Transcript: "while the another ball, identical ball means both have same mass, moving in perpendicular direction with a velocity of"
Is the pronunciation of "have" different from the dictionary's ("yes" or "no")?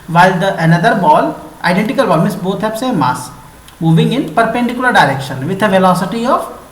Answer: yes